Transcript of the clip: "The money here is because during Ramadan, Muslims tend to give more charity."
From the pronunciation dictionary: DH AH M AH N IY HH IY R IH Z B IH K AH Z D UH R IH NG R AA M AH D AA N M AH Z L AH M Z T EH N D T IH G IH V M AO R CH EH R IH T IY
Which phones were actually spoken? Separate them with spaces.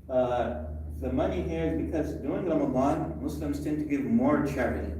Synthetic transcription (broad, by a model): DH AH M AH N IY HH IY IH Z B IH K AH Z D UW IH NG R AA M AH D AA N M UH S L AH M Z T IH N T IH G IH V M AO R CH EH R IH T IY